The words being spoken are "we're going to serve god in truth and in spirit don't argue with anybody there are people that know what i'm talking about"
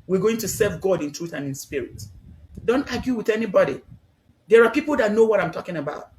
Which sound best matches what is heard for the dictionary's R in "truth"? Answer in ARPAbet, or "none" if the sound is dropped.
R